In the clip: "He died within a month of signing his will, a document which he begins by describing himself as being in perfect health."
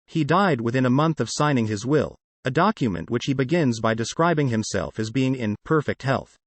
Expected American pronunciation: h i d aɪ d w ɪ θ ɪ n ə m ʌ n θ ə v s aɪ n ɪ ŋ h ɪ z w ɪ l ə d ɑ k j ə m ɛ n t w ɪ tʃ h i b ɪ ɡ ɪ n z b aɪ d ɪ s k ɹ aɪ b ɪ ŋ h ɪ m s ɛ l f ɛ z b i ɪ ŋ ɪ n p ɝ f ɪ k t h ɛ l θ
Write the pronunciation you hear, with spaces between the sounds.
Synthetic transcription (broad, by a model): h i d aɪ d w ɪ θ ɪ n ə m ʌ n θ ə v s aɪ n ɪ ŋ ɪ z w ɪ l ə d ɑ k j ə m ɛ n t w ɪ tʃ h i b ɪ ɡ ɪ n z b aɪ d ɪ s k ɹ aɪ b ɪ ŋ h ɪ m s ɛ l f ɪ z b i ɪ ŋ ɪ n p ɝ f ɪ k t h ɛ l θ